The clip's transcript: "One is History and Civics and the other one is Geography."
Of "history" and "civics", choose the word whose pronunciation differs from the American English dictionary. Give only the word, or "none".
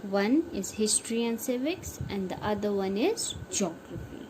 none